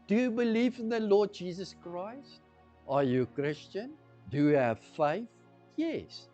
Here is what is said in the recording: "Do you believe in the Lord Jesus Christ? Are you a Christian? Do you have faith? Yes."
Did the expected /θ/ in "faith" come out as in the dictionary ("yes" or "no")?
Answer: yes